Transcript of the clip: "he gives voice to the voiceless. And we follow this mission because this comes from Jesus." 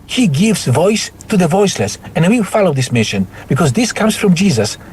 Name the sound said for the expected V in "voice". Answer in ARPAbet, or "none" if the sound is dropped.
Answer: V